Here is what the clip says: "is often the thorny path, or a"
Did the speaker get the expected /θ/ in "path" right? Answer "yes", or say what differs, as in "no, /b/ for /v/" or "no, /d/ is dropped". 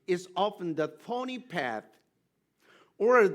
yes